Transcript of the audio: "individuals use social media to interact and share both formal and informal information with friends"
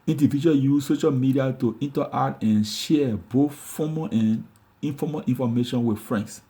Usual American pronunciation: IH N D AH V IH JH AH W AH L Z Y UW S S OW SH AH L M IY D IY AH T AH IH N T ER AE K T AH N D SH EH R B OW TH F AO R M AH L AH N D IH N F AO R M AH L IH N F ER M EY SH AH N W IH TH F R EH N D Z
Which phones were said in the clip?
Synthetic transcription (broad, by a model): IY N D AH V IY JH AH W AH Y UW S S OW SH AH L M IY D IY AH T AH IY N T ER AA T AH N SH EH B OW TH F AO M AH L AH N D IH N F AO M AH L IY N F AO M EY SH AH N W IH F R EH N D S